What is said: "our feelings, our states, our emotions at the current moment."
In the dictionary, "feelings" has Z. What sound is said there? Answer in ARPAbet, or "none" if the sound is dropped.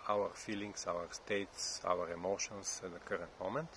S